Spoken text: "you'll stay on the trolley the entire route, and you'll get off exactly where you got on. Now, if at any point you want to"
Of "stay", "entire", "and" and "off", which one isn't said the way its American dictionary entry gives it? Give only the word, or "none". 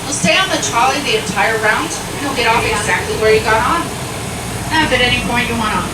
none